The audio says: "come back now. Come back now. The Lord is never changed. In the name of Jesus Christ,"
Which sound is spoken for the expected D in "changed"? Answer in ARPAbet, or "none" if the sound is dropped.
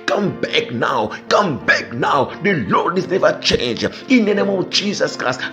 none